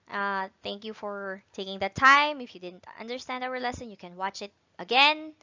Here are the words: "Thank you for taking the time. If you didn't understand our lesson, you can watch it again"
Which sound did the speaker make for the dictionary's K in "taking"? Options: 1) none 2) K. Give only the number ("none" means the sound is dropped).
2